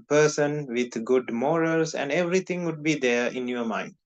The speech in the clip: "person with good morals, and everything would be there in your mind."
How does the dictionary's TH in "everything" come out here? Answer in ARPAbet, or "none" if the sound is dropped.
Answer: T